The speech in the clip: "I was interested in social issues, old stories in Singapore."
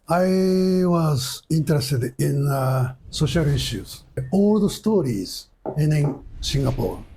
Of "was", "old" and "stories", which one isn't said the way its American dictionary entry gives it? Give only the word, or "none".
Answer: none